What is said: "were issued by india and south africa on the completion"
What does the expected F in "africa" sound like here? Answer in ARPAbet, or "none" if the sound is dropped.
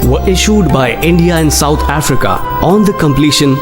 F